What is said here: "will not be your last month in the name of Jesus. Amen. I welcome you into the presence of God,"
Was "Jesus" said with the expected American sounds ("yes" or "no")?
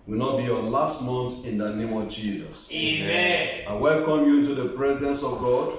yes